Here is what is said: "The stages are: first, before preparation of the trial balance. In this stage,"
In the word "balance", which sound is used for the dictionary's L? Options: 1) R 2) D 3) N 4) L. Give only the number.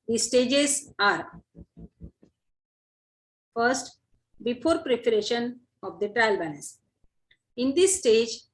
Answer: 3